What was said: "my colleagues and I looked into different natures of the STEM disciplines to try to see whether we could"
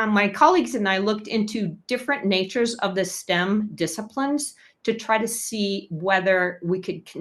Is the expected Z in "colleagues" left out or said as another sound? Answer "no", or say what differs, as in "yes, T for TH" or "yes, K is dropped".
no